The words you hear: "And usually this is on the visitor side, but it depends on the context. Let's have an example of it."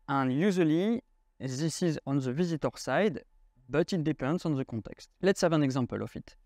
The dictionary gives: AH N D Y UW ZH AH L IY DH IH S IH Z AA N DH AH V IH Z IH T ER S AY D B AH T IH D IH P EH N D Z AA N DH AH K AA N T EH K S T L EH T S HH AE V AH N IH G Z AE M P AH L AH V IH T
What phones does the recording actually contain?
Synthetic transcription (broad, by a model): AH N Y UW Z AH L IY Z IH S IH Z AA N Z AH V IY Z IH T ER S AY D B AH T IH D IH P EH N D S AA N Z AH K AA T EH K S T L EH T S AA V AH N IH G Z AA P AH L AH F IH T